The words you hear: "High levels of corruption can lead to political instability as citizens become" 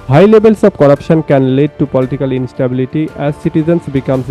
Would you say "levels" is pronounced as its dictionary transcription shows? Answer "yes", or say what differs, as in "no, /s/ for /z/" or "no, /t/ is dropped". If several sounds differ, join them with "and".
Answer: no, /b/ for /v/ and /s/ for /z/